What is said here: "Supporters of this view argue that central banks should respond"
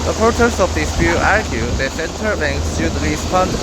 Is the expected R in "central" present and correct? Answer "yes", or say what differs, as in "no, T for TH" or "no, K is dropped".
no, R is dropped